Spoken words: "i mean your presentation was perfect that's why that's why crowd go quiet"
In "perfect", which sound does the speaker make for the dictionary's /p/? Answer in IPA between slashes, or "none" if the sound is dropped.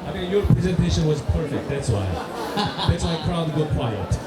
/p/